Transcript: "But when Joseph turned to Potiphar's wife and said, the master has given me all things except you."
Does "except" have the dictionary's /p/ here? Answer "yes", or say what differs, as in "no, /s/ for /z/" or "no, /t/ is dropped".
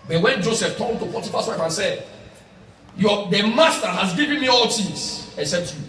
no, /p/ is dropped